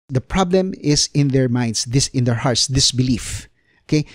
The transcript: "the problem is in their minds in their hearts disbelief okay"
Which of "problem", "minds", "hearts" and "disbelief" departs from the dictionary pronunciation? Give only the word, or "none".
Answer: minds